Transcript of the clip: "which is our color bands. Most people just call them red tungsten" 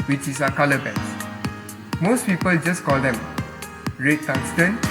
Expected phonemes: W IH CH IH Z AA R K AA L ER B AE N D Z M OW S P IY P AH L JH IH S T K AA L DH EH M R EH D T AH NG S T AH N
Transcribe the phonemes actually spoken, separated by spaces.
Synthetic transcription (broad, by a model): W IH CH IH S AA K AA L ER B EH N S M OW S P IY P AH L JH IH S K AA L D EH M R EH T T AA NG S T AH N